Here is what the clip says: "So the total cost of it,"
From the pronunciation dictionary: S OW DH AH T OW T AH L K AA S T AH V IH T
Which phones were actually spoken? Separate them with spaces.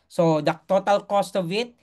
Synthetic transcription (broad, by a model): S OW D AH T OW T AH L K AA S T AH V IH T